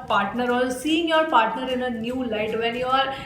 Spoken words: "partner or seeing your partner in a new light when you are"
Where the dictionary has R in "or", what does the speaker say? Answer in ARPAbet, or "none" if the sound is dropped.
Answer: L